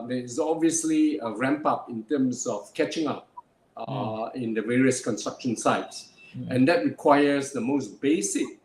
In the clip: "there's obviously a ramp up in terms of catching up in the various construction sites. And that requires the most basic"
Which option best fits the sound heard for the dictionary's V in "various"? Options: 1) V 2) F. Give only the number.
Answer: 1